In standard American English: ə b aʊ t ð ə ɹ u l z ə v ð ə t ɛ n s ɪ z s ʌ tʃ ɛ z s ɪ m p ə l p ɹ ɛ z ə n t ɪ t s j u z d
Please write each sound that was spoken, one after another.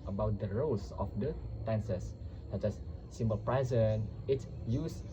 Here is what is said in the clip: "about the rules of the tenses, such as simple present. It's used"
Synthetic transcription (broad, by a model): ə b aʊ t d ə ɹ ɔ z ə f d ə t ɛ n s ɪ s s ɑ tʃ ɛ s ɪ m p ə l p ɹ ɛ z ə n ɪ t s j u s